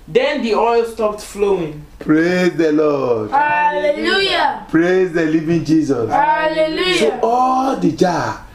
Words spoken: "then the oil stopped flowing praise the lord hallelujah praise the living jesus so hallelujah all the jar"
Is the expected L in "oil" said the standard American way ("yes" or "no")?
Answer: yes